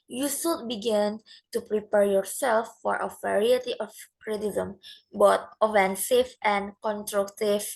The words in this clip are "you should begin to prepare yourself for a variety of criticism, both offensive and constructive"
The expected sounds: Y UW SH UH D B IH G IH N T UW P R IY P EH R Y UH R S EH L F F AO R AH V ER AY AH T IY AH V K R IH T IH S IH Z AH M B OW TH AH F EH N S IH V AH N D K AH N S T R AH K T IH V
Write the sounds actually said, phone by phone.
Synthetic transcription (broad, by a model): Y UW S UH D B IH G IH N T UW P R IY P EH R Y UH R S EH L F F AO R AH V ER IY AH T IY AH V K R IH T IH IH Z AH M B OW T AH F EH N S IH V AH N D K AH N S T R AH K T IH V